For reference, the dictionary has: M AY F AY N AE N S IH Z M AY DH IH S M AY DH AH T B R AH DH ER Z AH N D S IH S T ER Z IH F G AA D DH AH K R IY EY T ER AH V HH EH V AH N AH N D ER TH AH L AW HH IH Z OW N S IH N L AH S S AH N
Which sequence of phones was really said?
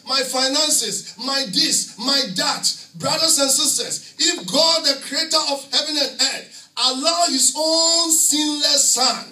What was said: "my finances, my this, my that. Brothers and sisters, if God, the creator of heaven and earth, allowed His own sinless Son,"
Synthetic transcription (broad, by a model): M AY F AY N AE N S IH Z M AY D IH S M AY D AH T B R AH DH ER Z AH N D S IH S T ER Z IH F G AA D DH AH K R IY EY T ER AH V HH EH V AH N AH N D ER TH AH L AW HH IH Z OW N S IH N L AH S S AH N